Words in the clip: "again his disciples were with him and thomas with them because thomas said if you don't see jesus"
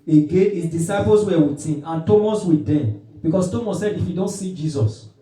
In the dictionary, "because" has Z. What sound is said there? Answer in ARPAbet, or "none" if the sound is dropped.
S